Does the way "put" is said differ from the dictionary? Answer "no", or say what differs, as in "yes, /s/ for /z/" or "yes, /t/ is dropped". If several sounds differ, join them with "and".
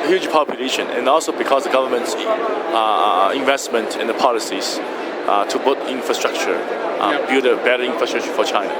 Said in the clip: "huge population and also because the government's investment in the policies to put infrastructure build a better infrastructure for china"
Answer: yes, /b/ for /p/